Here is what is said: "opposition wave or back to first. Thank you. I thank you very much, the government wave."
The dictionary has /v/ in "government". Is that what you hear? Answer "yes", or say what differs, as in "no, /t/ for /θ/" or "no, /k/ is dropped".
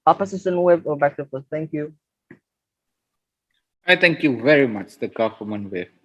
no, /f/ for /v/